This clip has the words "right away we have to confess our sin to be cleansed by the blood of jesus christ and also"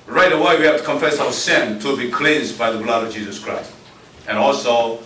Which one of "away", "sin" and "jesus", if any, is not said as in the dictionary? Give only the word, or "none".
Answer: none